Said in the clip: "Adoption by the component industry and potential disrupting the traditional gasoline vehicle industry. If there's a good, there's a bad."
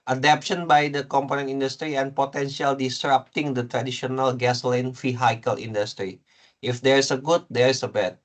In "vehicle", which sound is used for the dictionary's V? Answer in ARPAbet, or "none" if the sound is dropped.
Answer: F